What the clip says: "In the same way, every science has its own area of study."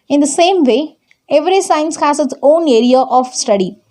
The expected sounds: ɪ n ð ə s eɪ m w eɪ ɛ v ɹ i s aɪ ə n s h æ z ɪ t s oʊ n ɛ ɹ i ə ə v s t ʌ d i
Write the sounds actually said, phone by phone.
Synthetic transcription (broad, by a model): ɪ n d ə s eɪ m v eɪ ɛ v ɹ i s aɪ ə n s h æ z ɪ t s oʊ n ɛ ɹ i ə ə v s t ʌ d i